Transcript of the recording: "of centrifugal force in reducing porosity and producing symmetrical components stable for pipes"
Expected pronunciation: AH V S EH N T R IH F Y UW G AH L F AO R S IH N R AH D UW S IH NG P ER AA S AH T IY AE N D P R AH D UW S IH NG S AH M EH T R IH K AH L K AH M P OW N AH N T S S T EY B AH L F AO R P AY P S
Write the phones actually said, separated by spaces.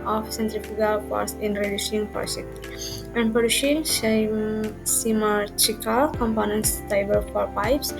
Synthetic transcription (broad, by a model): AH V S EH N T R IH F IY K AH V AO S IH N R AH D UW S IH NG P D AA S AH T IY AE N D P AH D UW SH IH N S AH M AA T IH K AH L K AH M P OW N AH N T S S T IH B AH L F AO R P AY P S